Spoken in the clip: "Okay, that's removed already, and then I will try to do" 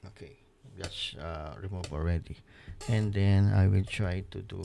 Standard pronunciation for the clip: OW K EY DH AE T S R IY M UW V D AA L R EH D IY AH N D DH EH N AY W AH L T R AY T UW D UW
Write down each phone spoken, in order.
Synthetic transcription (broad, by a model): OW K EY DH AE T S R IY M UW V AA L R EH D IY AH N D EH N AY W AH L T R AY T UW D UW